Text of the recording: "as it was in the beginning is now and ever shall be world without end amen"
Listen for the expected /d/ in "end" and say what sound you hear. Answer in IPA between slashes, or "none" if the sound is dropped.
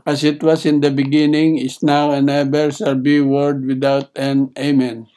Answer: none